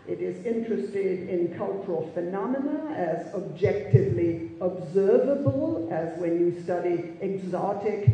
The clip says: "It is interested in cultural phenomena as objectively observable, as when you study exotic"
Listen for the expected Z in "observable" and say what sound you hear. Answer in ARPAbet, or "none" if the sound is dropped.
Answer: Z